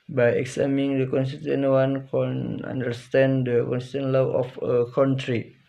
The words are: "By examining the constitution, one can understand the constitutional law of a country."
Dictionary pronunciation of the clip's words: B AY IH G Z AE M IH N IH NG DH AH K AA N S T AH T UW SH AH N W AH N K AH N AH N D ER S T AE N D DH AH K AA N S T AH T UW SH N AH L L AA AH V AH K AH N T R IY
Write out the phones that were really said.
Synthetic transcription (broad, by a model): B AY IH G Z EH M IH NG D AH K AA N S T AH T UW AH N W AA N K AH N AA N D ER S T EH N D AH K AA N S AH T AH N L L AA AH F AH K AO N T R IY